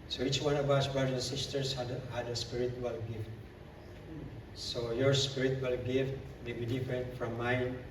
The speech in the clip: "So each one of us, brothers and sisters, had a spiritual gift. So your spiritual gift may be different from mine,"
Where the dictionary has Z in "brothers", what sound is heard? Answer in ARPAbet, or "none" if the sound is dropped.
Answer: none